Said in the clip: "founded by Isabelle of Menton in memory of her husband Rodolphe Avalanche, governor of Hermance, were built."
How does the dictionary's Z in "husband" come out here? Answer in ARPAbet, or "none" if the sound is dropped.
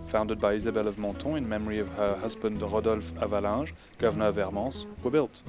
Z